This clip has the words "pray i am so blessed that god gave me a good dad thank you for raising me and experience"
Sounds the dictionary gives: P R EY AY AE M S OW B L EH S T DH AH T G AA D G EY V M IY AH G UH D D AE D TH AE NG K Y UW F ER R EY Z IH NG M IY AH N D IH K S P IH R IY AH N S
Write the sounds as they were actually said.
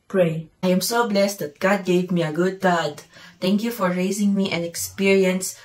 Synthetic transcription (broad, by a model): P R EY AY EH M S OW B L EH S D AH T G AA D G EY V M IY AH G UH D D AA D T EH NG K Y UW F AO R EY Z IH NG M IY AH N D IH K S P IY R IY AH N S